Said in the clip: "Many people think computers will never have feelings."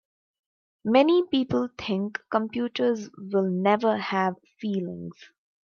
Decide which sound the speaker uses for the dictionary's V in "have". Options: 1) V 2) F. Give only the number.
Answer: 1